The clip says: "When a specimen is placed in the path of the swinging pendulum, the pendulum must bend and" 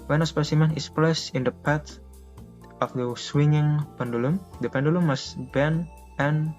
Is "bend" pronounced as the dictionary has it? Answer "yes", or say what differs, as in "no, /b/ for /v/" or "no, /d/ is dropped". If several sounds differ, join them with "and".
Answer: no, /d/ is dropped